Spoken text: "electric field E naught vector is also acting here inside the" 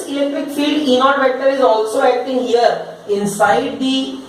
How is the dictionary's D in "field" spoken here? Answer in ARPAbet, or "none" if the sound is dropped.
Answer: D